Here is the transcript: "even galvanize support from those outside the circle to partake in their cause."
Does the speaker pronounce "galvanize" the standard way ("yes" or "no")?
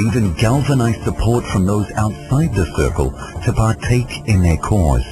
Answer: yes